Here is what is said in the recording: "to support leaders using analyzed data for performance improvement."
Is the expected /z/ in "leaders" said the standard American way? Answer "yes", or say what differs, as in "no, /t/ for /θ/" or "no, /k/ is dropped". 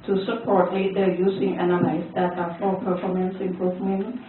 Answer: no, /z/ is dropped